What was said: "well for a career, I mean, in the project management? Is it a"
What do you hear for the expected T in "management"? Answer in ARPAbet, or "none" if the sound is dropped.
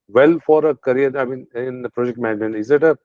none